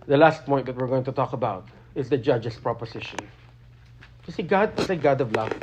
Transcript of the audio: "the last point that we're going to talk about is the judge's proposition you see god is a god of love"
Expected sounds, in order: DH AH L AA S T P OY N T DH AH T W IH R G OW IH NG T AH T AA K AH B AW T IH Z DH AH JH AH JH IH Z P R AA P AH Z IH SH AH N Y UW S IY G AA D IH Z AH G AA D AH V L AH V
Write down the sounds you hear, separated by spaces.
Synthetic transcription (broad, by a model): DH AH L AA S T P OY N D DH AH T W IH R G OW IH NG T AH T AA K AH B AW T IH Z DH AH JH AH JH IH S P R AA P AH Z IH SH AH N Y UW S IY G AA D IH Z AH G AA D AH V L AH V